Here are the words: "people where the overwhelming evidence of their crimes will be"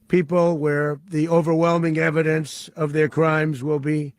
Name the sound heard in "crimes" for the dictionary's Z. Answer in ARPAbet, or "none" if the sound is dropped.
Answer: Z